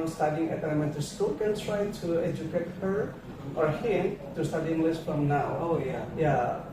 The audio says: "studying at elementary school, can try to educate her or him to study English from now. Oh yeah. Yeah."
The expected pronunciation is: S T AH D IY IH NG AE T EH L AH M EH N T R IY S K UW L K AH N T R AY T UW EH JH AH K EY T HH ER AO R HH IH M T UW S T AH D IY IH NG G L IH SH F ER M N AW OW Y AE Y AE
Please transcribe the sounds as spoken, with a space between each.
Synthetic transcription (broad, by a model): S T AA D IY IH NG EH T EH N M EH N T IY S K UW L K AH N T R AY T UW EH JH AH K EY T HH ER AO R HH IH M T UW S T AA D IY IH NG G L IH S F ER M N AW OW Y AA Y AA